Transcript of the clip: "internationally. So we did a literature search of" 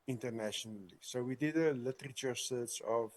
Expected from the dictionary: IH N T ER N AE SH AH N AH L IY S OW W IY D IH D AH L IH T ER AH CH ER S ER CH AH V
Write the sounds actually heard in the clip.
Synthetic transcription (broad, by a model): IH N T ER N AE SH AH N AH L IY S OW W IY D IH D AH L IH T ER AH CH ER S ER S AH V